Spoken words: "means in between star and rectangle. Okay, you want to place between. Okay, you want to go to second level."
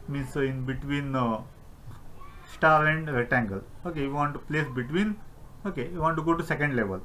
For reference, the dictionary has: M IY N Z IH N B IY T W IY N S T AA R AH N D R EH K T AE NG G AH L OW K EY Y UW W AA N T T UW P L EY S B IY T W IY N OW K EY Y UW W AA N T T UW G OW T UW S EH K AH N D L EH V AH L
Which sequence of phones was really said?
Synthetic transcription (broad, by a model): M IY N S IH N B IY T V IY N S T AA R AH N D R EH T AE NG G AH L OW K EY Y UW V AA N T T UW P L EY S B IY T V IY N OW K EY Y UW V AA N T T UW G OW T UW S EH K AH N D L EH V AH L